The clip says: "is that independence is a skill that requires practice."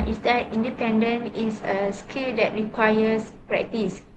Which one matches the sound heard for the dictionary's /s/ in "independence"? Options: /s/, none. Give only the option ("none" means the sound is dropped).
none